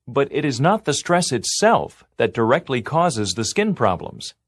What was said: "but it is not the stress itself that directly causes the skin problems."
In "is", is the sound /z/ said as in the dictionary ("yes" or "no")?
yes